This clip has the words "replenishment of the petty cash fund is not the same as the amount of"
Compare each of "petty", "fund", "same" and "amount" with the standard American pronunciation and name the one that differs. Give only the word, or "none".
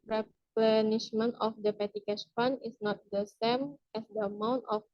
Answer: fund